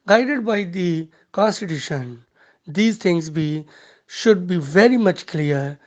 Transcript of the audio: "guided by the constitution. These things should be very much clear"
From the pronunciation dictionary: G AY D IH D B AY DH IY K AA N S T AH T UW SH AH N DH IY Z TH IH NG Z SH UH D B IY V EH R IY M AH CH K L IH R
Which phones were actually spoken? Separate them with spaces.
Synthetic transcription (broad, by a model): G AY D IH D B AY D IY K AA N S T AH T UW SH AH N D IY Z T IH NG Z SH UH D B IY V EH R IY M AH CH K L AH R